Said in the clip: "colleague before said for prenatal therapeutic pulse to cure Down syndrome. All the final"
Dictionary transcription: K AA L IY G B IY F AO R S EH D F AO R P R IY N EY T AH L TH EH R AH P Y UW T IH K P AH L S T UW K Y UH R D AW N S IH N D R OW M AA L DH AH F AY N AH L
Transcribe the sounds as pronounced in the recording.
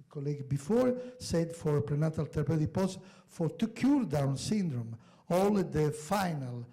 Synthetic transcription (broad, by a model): K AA L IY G B IY F AO R S EH D F AO R P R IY N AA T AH L T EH R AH P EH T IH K P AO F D T UW K Y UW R D AW N S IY N D R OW M AA L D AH F AY N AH L